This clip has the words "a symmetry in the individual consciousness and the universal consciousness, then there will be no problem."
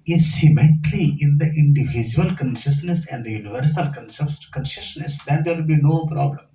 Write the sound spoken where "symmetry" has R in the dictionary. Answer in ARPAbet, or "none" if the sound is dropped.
L